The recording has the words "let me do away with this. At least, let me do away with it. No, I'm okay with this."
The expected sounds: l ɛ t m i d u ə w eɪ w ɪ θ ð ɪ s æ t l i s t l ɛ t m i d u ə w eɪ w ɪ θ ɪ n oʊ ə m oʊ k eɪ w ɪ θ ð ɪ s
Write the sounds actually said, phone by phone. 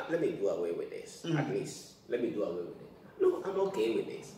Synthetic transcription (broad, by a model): l ɛ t m i d u ə w eɪ w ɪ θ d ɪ s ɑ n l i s l ɛ t m i d u ə w eɪ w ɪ ɪ l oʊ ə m oʊ k eɪ w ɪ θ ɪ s